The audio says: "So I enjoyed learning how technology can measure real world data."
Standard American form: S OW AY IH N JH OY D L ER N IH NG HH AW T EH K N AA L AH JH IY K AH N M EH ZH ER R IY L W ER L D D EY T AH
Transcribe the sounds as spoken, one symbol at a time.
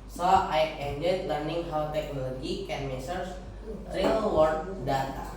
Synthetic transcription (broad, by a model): S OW AY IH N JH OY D L ER N IH NG HH AW T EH K N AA L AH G IY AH N M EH S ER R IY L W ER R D D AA T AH